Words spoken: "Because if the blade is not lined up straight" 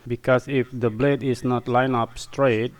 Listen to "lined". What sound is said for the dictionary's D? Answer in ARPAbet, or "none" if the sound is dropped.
none